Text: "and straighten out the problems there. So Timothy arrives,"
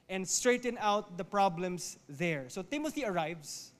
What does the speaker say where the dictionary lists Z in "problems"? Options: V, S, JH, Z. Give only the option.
S